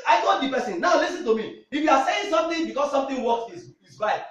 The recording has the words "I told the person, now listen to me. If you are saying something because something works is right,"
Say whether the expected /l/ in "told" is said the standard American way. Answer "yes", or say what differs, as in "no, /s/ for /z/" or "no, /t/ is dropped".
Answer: no, /l/ is dropped